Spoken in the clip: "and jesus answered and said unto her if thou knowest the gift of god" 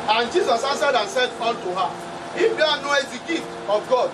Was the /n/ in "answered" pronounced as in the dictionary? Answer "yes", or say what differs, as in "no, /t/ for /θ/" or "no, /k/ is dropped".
no, /n/ is dropped